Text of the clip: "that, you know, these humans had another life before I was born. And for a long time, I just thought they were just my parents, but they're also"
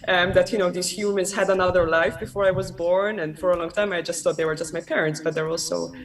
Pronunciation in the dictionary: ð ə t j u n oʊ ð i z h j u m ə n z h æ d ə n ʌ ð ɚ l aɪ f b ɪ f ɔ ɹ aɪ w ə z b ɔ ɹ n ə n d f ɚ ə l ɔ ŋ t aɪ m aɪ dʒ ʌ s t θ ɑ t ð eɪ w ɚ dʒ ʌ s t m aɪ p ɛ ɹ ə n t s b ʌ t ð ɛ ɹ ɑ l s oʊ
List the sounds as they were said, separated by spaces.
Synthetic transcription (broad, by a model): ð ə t j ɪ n oʊ ð i z h j u m ə n z h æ d ə n ʌ ð ɚ l aɪ f b ɪ f ɔ ɹ aɪ w ə z b ɔ ɹ n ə n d f ɚ ə l ɔ ŋ t aɪ m aɪ dʒ ʌ s t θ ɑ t ð eɪ w ɚ dʒ ʌ s t m aɪ p ɛ ɹ ə n t s b ʌ t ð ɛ ɹ ɑ l s oʊ